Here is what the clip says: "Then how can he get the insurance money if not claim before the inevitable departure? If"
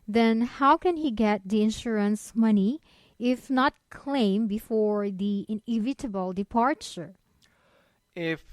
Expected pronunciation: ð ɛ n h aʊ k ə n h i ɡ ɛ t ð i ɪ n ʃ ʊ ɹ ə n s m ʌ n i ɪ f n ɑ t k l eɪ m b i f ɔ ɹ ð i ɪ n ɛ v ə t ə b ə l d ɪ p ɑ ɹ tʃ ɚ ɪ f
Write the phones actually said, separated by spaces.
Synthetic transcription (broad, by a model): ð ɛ n h aʊ k ə n h i ɡ ɛ t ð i ɪ n ʃ ʊ ɹ ə n s m ʌ n i ɪ f n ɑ t k l eɪ m b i f ɔ ɹ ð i ɪ n ɛ v ə t ə b ə l d ɪ p ɑ ɹ tʃ ɚ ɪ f